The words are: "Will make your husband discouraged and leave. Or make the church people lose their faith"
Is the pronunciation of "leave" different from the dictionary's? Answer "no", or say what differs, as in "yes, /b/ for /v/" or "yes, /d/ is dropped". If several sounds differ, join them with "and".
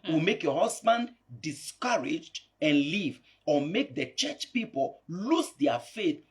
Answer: no